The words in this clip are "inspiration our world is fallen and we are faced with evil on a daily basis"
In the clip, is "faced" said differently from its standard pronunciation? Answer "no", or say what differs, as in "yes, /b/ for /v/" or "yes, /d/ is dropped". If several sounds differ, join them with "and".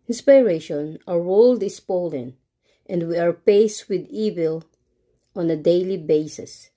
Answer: yes, /p/ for /f/